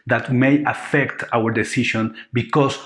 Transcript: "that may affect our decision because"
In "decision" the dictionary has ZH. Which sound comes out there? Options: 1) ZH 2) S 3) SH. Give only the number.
3